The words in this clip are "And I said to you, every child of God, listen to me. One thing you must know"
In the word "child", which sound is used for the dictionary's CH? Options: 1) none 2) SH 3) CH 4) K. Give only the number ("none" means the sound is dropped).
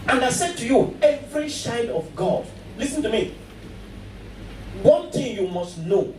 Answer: 2